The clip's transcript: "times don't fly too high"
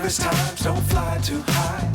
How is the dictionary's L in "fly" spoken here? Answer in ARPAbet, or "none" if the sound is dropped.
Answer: L